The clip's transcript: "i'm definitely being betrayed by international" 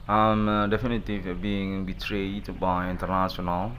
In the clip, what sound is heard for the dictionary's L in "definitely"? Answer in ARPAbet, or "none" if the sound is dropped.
none